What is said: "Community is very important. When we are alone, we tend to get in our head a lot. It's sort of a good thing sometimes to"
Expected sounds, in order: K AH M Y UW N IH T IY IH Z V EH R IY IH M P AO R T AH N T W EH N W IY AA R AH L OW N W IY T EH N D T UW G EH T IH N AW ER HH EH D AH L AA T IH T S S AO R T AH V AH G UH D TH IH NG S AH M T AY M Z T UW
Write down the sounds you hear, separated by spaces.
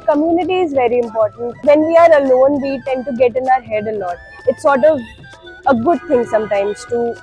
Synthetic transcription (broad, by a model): K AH M Y UW N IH T IY IH Z V EH R IY IH M P AO R T AH N T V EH N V IY AA R AH L OW N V IY T EH N D T UW G EH T IH N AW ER HH EH D AH N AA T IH T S S AO R T AH V AH G UH D T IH NG S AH M T AY M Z T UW